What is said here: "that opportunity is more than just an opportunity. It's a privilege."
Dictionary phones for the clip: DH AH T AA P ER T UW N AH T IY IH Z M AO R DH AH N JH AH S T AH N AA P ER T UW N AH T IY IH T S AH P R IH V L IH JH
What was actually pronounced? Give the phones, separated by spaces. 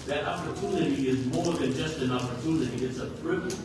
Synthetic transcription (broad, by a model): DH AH T AA P ER T UW N AH T IY IH Z M AO R DH AH N JH AH S T AH N AA P ER T UW N AH T IY IH T S AH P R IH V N